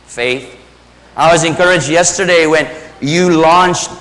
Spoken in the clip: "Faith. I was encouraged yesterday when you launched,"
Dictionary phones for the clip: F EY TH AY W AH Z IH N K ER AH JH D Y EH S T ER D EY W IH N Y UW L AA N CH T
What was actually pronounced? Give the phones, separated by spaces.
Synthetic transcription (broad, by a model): F EY TH AY W AH Z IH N K ER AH JH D Y EH S T ER D EY W IH N Y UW L AA N CH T